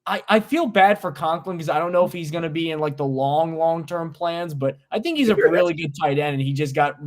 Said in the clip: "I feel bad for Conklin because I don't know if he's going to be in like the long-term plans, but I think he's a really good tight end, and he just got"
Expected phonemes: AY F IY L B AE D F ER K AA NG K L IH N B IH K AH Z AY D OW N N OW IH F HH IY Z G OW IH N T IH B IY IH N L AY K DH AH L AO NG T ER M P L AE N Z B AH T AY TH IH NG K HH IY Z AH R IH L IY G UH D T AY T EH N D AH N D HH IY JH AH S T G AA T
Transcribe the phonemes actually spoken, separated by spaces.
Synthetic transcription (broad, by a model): AY F IY L B AE D F ER K AA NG K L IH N K AH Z AY D OW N N OW IH F HH IY Z G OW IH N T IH B IY IH N L AY K DH AH L AO NG T ER M P L AE N Z B AH T AY TH IH NG K HH IY Z AH R IH L IY G UH D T AY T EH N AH N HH IY JH AH S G AA T